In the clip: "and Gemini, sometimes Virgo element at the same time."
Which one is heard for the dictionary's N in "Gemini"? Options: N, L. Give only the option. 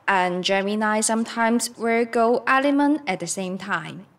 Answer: N